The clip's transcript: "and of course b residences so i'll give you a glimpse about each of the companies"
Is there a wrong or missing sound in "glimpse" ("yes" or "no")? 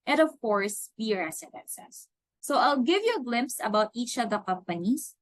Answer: no